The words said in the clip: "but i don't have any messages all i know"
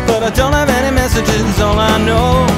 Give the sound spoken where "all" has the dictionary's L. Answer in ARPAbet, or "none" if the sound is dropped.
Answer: N